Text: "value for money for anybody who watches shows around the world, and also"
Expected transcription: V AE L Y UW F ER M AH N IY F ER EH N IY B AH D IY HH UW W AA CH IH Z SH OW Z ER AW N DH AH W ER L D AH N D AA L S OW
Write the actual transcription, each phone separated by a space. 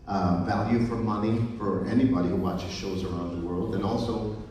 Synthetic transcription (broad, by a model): V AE L Y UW F ER M AH N IY F ER EH N IY B AH D IY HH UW W AA CH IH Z SH OW Z ER AW N DH AH W ER L D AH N AA L S OW